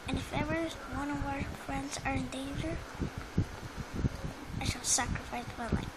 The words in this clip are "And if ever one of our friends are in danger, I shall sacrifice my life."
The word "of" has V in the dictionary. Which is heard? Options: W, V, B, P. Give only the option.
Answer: W